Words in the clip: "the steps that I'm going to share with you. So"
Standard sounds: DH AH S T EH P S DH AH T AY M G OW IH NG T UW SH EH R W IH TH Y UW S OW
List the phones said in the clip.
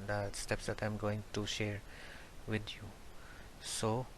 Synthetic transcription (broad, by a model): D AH S T EH P S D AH T AY M G OW IH NG T UW SH EH R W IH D Y UW S OW